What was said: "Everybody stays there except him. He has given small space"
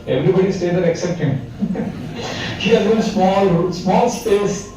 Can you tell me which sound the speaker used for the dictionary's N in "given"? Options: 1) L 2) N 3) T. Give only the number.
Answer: 1